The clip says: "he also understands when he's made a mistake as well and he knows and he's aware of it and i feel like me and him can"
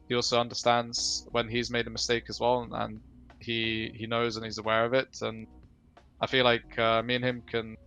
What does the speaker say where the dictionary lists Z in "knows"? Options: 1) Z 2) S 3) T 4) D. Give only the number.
1